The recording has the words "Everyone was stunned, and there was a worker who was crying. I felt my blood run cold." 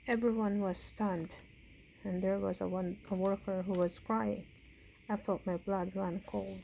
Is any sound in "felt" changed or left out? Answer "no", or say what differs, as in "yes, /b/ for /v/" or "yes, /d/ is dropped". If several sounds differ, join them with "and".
yes, /l/ is dropped